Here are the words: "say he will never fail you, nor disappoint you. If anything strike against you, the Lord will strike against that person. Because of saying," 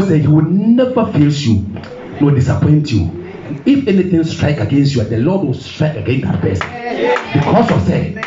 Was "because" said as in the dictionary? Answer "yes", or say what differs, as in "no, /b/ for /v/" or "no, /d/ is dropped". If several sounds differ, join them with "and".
no, /s/ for /z/